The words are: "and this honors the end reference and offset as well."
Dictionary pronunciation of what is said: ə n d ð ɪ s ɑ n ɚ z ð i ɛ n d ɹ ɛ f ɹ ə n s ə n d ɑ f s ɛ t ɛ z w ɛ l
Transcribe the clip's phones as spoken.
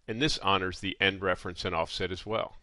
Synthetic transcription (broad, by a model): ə n ð ɪ s ɑ n ɚ z ð i ɛ n d ɹ ɛ f ɹ ə n s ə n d ɑ f s ɛ t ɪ z w ɛ l